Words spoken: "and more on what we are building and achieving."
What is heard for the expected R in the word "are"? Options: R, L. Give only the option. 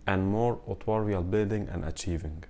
L